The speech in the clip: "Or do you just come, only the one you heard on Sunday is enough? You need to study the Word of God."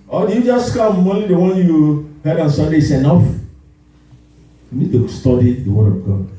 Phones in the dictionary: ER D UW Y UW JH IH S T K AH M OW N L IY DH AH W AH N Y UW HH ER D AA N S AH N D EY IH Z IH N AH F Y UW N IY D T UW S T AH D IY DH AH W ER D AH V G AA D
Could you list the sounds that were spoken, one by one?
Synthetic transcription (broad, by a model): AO D UW Y UW JH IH S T K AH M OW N IY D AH W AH N Y UW HH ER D AA N S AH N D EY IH S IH N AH F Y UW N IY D T UW S T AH D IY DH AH W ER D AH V G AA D